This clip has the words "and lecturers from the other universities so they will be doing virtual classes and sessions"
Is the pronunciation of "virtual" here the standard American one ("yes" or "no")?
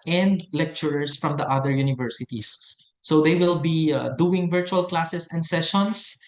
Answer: yes